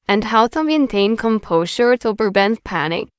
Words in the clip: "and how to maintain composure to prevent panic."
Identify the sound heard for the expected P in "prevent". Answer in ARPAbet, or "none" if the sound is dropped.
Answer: B